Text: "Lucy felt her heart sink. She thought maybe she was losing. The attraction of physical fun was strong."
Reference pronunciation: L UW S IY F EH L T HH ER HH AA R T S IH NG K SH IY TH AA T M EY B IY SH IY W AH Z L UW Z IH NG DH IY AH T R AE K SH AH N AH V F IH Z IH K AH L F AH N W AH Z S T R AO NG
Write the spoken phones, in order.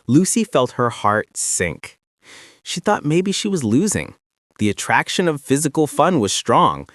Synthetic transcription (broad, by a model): L UW S IY F EH L T HH ER HH AA R T S IH NG K SH IY TH AA T M EY B IY SH IY W AH Z L UW Z IH NG DH IY AH T R AE K SH AH N AH V F IH Z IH K L F AH N W AH Z S T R AO NG